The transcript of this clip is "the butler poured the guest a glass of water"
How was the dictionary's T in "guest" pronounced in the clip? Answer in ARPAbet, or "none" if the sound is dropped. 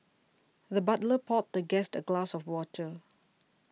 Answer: T